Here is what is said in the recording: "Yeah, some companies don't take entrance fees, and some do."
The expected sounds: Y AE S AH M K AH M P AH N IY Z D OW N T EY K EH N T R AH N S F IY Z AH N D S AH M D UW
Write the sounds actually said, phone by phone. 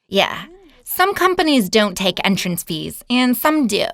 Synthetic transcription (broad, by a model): Y AE S AH M K AH M P AH N IY Z D OW N T EY K EH N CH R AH N S F IY Z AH N S AH M D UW